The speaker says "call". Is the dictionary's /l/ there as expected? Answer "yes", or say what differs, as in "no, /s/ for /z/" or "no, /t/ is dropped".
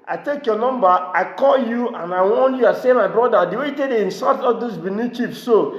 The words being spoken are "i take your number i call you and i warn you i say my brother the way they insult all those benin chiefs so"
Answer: yes